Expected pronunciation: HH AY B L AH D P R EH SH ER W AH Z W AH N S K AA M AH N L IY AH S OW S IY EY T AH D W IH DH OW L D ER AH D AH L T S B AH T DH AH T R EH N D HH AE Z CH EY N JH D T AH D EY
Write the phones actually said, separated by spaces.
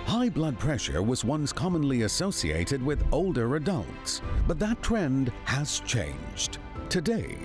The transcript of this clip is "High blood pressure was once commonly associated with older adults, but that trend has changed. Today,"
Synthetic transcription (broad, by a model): HH AY B L AH D P R EH SH ER W AH Z W AH N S K AA M AH N L IY AH S OW S IY EY T AH D W IH DH OW L D ER AH D AH L T S B AH T DH AH T R EH N D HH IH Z CH EY N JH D T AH D EY